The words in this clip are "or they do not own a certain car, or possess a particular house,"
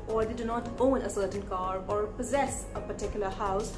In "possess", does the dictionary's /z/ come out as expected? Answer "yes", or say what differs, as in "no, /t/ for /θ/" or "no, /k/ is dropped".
yes